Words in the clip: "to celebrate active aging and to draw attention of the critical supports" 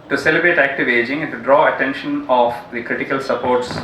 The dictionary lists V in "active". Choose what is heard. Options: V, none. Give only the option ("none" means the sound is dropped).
V